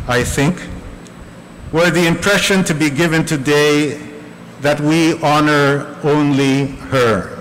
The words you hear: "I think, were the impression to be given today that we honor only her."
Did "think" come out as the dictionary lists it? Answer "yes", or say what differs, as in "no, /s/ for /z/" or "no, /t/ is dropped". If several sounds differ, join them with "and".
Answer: yes